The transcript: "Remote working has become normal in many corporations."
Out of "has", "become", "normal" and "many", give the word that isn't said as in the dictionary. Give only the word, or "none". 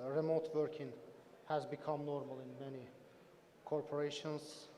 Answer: none